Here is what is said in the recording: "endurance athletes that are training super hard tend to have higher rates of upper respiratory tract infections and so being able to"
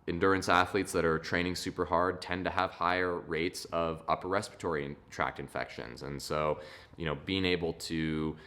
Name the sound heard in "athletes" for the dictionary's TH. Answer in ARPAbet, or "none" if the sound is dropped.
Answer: TH